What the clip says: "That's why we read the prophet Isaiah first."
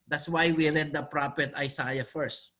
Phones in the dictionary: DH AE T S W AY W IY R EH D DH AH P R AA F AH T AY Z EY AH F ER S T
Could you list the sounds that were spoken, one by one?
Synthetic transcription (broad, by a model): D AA T S W AY W IY R EH D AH P R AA P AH T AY S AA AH F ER S T